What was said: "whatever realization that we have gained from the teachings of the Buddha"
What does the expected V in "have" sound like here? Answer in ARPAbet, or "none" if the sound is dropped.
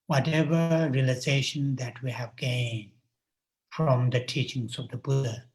V